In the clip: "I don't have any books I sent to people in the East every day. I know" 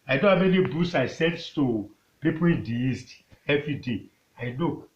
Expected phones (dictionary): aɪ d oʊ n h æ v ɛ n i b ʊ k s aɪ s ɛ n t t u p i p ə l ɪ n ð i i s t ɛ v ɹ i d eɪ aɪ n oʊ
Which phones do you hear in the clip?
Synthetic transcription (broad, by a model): aɪ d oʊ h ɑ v ɛ n i b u s aɪ s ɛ n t t u p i p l ɪ n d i i s t ɛ v ɹ i d eɪ aɪ n oʊ